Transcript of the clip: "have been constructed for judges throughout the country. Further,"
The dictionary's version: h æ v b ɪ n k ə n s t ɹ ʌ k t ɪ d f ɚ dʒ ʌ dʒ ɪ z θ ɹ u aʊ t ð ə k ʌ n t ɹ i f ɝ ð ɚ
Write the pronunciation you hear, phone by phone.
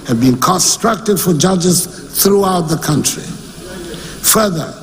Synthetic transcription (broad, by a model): h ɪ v b ɪ n k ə n s t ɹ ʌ k t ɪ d f ɚ dʒ ʌ dʒ ɪ z θ ɹ u aʊ t ð ə k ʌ n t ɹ i f ɝ ð ɚ